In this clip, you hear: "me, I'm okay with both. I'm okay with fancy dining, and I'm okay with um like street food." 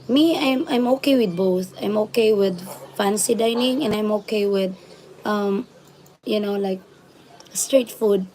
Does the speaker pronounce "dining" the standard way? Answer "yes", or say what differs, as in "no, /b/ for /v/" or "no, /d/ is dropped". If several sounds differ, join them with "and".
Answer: yes